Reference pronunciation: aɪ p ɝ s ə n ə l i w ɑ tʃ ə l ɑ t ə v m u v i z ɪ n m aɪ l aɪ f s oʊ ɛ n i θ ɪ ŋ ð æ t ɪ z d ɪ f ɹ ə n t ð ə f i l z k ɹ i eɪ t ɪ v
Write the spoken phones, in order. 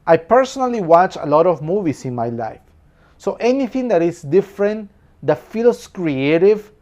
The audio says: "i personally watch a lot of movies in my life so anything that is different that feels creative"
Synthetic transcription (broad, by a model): aɪ p ɝ s ə n ə l i w ɑ tʃ ə l ɑ t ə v m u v i s ɪ n m aɪ l aɪ f s oʊ ɛ n i θ ɪ ŋ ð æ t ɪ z d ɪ f ɹ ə n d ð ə f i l s k ɹ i eɪ t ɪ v